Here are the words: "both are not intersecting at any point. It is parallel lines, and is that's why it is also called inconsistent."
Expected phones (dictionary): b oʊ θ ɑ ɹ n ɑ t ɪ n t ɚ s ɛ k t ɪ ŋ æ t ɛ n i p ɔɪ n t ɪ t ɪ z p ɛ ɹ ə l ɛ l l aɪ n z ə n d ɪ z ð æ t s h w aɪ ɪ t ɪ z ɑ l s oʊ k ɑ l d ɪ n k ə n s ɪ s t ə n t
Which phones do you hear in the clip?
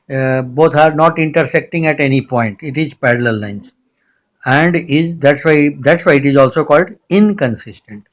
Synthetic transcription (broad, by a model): b oʊ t ɑ ɹ n ɑ t ɪ n t ɚ s ɛ k t ɪ ŋ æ t ɛ n i p ɔɪ n t ɪ t ɪ z p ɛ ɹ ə l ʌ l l aɪ n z ə n d ɪ z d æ t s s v aɪ ɪ t ɪ z ɑ l s oʊ k ɑ l d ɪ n k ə n s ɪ s t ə n t